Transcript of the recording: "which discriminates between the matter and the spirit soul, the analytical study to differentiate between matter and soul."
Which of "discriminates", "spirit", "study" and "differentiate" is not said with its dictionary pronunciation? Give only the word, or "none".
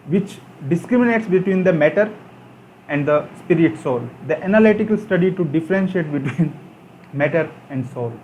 none